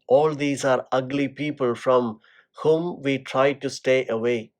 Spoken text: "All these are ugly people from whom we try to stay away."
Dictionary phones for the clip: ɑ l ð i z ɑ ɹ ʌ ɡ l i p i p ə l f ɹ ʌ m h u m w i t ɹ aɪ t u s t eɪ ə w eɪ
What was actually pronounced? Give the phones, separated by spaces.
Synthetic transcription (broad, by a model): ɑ l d i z ɑ ɹ ʌ ɡ l i p i p ə l f ɹ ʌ m h u m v i t ɹ aɪ t u s t eɪ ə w eɪ